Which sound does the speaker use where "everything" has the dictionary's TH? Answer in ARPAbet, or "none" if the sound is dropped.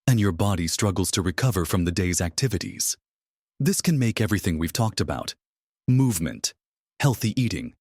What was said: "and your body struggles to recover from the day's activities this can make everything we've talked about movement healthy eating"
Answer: TH